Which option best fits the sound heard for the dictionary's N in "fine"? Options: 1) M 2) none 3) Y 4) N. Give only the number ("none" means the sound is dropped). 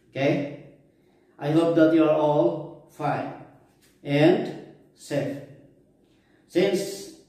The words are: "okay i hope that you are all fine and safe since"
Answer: 2